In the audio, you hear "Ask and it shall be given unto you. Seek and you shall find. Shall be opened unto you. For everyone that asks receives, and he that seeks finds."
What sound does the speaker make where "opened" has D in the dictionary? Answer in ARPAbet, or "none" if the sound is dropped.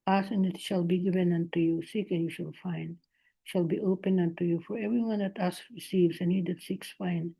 none